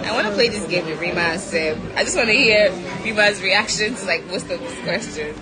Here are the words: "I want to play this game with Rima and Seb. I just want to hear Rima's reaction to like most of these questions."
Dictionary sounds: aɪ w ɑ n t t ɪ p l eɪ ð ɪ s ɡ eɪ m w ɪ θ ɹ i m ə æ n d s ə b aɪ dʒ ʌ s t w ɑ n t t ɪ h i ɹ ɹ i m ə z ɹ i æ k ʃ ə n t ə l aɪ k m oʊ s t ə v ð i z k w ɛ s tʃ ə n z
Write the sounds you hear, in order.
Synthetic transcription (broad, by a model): aɪ w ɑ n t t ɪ p l eɪ ð ɪ s ɡ eɪ m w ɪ ɹ i m ə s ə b aɪ dʒ ʌ s t w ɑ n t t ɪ h i ɹ ɹ i m ə z ɹ i æ k ʃ ə n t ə l aɪ k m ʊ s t ə v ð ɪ s k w ɛ s tʃ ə n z